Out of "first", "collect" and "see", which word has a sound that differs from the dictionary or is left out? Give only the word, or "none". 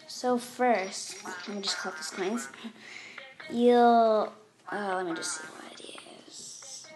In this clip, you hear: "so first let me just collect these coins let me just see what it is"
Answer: collect